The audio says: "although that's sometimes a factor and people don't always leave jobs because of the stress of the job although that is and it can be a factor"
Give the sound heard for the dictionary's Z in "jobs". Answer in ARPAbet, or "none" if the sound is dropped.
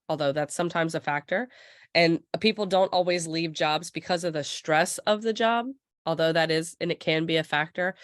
Z